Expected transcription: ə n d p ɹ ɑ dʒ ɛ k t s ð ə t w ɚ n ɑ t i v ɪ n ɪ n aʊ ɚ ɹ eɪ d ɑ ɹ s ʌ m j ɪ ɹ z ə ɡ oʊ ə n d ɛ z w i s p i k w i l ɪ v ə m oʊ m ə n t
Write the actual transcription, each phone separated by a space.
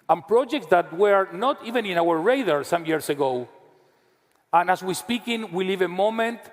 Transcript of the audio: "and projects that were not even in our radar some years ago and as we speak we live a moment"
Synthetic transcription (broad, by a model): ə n p ɹ ɑ dʒ ɛ k t s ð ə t w ɚ n ɑ t i v ɪ n ɪ n aʊ ɚ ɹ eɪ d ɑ ɹ s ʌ m j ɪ ɹ s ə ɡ oʊ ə n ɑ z w i s p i k w i l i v ə m oʊ m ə n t